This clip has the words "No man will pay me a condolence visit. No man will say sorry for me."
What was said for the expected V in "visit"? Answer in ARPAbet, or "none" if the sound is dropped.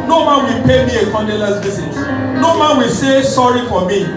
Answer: B